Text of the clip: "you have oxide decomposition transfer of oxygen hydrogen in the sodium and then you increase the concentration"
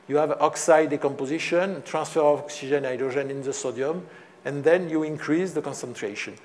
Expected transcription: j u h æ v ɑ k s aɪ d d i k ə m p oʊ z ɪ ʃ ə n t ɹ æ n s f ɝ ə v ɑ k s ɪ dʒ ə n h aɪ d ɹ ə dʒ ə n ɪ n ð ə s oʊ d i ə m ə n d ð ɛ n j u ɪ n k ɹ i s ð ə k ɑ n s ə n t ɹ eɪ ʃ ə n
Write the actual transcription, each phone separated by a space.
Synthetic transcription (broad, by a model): j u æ v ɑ k s aɪ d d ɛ k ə m p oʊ z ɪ ʃ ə n t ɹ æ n s f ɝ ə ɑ k s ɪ ʒ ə n aɪ d ɹ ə ʒ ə n ɪ n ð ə s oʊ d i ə m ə n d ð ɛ n j u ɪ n k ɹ i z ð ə k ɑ n s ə n t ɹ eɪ ʃ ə n